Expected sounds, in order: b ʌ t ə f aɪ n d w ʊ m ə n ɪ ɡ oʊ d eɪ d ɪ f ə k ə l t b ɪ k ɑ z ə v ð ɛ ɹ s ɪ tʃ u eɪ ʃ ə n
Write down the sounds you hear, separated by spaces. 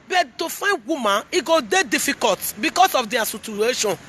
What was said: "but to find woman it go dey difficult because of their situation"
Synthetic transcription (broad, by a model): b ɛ t ə f aɪ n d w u m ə n ɪ ɡ oʊ d eɪ d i f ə k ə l t b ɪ k ɑ s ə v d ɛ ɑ s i tʃ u eɪ ʃ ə n